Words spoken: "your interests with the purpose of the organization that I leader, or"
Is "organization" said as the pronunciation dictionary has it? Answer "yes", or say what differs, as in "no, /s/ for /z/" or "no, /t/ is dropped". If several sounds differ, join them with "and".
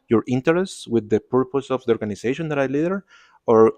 no, /s/ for /z/